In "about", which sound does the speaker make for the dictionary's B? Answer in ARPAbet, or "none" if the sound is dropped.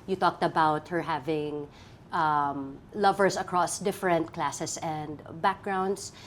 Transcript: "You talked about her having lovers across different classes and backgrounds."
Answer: B